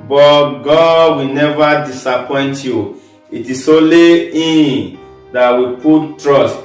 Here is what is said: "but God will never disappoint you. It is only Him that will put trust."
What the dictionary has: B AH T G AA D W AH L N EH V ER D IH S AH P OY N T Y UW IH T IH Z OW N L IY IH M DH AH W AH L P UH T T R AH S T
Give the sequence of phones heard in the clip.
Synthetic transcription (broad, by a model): B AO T G AA D W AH N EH V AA D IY S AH P OY N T Y UW IH T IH S OW L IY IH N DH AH W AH P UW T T R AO S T